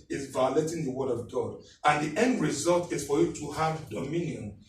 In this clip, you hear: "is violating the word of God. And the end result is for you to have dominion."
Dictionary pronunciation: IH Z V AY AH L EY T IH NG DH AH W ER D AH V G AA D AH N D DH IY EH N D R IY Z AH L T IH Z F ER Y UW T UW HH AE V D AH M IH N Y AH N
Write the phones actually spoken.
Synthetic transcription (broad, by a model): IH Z V AY AH L EY T IH NG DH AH W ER D AH V G AA D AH N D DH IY EH N D R IY Z AH L T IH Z F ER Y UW T UW HH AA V D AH M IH N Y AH N